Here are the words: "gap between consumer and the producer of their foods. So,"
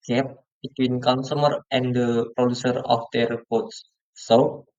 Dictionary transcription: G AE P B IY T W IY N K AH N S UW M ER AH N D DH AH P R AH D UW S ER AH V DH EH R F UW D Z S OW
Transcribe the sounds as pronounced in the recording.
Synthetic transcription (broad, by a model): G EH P B IY T W IY N K AH N S UW M ER AH N D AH P R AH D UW S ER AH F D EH R P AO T S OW